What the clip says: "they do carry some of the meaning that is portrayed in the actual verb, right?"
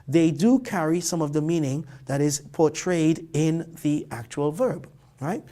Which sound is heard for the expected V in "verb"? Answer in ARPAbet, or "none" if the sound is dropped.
V